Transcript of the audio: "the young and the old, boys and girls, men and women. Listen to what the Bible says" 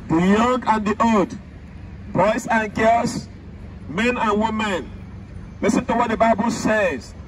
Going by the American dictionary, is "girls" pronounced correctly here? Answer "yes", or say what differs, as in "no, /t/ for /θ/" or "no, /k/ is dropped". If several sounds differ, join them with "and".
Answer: no, /s/ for /z/